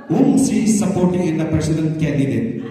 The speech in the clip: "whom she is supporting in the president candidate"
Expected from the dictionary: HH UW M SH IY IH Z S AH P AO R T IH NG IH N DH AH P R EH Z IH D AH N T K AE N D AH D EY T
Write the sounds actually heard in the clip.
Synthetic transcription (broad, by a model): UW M S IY S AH P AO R T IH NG IH N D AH P R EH S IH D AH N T K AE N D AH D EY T